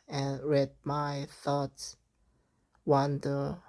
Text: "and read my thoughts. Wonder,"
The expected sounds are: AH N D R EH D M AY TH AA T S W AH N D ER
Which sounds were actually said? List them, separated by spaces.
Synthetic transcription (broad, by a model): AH N R EH D M AY TH AA T S W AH N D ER